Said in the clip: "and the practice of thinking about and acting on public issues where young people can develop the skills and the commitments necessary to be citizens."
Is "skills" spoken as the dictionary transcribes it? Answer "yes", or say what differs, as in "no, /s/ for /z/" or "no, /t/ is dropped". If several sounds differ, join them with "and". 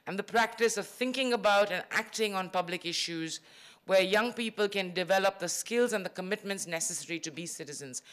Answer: yes